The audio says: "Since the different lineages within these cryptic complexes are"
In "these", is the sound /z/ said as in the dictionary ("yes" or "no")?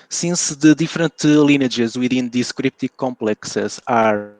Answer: no